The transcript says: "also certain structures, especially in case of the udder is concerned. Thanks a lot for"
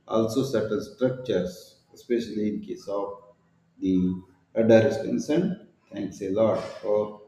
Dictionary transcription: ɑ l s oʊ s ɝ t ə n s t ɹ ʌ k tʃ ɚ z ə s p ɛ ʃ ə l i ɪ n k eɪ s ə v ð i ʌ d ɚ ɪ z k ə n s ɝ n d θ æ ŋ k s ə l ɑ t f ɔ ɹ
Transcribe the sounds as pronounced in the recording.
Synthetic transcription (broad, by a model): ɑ l s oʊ s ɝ t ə l s t ɹ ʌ k tʃ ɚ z ə s p ɛ ʃ ə l i ɪ n k eɪ s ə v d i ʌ d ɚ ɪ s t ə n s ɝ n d t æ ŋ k s ə l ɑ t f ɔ ɹ